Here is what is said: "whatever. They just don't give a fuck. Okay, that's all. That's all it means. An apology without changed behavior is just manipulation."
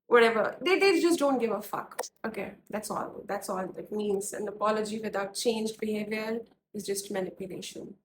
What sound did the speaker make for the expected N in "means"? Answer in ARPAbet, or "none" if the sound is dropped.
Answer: N